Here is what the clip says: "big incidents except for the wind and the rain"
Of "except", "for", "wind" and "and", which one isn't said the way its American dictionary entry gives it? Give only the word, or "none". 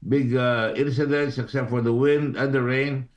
none